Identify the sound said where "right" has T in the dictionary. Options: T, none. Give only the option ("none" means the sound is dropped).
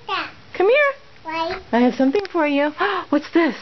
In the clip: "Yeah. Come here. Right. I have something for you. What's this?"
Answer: none